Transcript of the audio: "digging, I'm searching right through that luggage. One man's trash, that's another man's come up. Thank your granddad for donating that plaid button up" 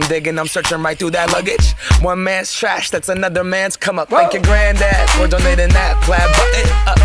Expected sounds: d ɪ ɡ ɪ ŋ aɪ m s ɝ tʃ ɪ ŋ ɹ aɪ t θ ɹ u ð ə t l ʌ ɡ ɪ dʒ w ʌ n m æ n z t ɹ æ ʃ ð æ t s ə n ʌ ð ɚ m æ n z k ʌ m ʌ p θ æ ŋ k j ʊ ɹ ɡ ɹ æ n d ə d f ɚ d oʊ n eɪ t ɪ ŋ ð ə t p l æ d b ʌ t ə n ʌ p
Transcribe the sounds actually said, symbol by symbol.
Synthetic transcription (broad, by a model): d ɪ ɡ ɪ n aɪ m s ɝ tʃ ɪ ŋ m aɪ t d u ð ə t l ʌ ɡ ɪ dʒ w ʌ n m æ n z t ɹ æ ʃ ð æ t s ə n ʌ ð ɚ m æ n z k ʌ m ʌ p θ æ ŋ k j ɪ ɡ ɹ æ n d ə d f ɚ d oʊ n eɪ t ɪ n ð ə t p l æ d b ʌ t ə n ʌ